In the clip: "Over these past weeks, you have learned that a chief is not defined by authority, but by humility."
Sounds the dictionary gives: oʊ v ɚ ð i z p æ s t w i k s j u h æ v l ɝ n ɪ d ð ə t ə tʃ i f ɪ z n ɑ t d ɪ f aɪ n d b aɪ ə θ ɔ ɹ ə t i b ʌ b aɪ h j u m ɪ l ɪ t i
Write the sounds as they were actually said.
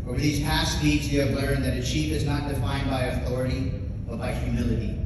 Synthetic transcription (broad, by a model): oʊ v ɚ ð i z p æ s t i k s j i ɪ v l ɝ ɪ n ð ə t ə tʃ i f ɪ z n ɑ t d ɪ f aɪ n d b aɪ ə θ ɔ ɹ ə t i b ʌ b aɪ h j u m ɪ l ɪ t i